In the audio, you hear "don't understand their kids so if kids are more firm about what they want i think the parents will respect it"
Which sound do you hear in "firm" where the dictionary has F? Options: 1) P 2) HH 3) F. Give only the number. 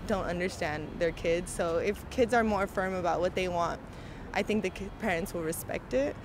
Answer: 3